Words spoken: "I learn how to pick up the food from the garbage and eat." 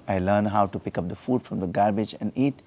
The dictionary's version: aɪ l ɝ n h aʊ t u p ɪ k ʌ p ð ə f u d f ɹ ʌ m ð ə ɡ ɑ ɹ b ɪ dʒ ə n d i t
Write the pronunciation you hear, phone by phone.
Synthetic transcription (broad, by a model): aɪ l ɝ n h aʊ t u p ɪ k ʌ p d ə f u d f ɹ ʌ m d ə ɡ ɑ ɹ b ɪ dʒ ə n d i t